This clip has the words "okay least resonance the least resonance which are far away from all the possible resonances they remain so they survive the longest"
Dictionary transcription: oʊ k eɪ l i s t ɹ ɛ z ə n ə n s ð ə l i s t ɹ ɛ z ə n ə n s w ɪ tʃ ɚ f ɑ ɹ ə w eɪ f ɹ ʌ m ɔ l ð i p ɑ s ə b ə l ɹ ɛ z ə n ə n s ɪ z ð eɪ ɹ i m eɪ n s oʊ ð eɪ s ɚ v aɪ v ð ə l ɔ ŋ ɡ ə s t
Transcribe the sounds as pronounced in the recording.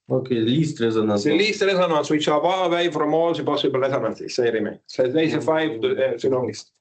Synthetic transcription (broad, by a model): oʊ k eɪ l i s t ɹ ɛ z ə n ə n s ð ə l i s t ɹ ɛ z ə n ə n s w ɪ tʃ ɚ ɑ w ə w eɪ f ɹ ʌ m ɔ l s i p ɑ s ə b ə l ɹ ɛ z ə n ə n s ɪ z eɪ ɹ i m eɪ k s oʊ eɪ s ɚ f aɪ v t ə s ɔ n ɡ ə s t